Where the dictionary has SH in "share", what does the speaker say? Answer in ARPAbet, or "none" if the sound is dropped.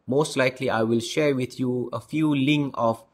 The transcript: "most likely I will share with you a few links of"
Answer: SH